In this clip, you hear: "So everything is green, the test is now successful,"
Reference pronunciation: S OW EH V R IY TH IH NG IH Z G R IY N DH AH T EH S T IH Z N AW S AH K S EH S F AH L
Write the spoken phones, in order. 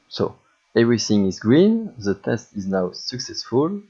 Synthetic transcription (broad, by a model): S OW EH V R IY TH IH NG IH Z G R IY N DH AH T EH S T IH Z N AW S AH K S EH S F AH L